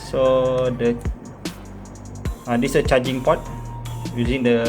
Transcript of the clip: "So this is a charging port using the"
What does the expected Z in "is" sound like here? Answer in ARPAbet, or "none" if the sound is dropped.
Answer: S